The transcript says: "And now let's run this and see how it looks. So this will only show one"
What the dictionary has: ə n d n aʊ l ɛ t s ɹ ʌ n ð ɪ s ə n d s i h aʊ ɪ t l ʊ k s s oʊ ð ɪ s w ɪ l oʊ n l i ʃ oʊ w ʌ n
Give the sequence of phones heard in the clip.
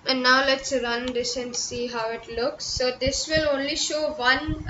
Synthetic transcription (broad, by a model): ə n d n aʊ l ɛ t s ɹ ʌ n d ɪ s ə n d s i h aʊ ɪ t l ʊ k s s oʊ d ɪ s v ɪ l oʊ n l i ʃ oʊ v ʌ n